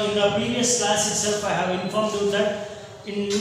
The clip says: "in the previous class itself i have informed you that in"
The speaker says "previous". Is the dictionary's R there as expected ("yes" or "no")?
no